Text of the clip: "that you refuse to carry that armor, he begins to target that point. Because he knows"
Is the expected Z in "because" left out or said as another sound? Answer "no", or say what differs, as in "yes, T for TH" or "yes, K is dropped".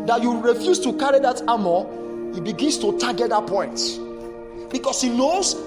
yes, S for Z